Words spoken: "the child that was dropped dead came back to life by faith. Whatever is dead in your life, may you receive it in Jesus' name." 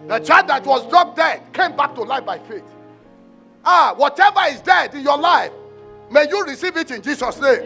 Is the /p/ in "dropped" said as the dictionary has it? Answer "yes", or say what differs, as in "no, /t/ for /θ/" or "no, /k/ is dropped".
no, /p/ is dropped